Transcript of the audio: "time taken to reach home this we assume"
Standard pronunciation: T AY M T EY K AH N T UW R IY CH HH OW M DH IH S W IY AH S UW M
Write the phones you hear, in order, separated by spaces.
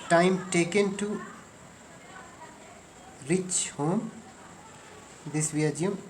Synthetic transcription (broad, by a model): T AY M T EY K AH N T UW R IY CH HH OW M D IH S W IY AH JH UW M